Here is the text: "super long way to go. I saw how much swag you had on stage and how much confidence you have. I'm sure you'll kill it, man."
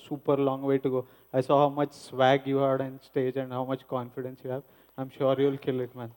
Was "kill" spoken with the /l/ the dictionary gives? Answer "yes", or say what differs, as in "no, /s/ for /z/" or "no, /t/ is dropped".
yes